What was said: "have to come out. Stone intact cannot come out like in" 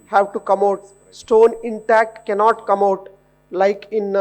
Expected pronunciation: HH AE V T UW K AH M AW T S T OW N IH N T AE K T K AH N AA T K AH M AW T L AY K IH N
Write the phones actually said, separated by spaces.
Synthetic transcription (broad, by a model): HH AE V T UW K AH M AW T S T OW N IH N T AE K T K AH N AA T K AH M AW T L AY K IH N